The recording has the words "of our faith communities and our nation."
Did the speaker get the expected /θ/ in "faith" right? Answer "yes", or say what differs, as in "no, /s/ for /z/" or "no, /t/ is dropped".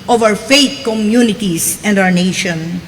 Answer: no, /t/ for /θ/